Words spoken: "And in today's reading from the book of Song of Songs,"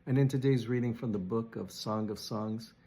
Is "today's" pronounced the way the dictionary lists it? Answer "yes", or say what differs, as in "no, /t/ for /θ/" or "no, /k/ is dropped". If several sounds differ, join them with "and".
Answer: yes